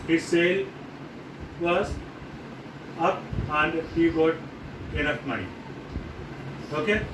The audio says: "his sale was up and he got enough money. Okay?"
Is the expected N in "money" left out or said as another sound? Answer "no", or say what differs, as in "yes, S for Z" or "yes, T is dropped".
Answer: yes, N is dropped